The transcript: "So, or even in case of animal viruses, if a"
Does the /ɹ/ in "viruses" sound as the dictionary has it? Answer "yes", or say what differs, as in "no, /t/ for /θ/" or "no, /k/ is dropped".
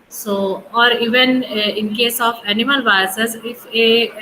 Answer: no, /ɹ/ is dropped